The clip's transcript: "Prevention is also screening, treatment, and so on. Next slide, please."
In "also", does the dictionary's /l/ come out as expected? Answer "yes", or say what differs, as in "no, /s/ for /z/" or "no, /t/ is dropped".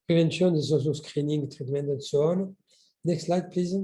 no, /l/ is dropped